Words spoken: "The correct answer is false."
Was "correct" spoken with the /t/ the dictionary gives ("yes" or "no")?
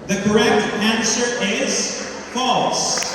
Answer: yes